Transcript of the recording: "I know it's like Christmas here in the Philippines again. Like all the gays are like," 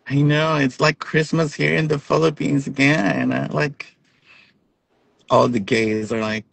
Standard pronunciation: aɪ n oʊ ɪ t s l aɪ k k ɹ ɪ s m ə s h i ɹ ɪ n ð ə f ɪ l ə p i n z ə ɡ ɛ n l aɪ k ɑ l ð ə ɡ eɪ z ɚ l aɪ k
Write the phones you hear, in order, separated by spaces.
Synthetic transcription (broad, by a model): aɪ n oʊ ɪ t s l aɪ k k ɹ ɪ s m ə s h i ɹ ɪ n ð ə f ɪ l ə p i n z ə ɡ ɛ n l aɪ k ɑ l ð ə ɡ eɪ z ɚ l aɪ k